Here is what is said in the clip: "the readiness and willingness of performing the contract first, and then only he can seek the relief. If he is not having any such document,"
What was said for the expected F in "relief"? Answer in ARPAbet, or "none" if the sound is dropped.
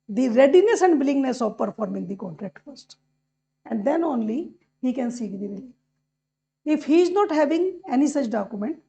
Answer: none